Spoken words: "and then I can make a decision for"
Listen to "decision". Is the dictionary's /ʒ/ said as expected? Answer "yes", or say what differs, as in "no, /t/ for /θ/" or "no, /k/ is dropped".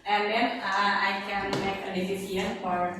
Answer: no, /s/ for /ʒ/